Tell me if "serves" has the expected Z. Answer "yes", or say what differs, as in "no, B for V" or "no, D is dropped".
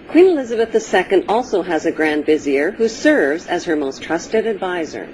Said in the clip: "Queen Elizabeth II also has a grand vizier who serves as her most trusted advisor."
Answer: yes